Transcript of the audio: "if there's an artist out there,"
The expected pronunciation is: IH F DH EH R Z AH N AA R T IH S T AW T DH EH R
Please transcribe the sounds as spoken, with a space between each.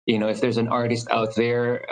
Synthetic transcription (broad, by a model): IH F DH EH R Z AH N AA R T IH S T AW T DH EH R